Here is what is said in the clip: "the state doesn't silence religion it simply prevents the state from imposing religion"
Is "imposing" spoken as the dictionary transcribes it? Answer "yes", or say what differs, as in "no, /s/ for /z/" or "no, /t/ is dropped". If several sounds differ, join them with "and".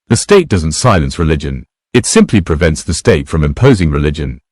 yes